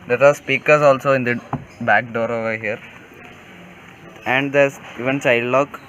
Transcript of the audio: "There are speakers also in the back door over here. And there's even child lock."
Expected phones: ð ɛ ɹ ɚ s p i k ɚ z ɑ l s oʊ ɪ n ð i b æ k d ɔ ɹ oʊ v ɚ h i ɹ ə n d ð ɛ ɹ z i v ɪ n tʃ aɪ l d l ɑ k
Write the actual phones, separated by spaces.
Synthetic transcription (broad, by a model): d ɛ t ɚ s p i k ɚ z ɑ l s oʊ ɪ n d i b æ k d ɔ ɹ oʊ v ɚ h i ɹ ə n d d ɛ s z i v ɪ n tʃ aɪ d l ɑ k